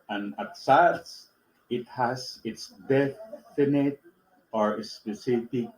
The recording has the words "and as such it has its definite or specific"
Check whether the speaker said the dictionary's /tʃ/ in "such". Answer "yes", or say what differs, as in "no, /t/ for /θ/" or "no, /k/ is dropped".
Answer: no, /s/ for /tʃ/